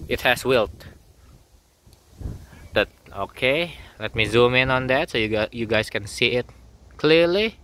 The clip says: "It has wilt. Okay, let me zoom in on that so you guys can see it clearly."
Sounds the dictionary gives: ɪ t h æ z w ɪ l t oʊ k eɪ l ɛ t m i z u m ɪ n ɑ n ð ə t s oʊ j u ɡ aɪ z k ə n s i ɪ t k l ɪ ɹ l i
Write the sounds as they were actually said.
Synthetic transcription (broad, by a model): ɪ t h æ s w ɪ l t oʊ k eɪ l ɛ t m i z u m ɪ n ɑ n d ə t s oʊ j u ɡ aɪ s k ə n s i ɪ t k l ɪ l i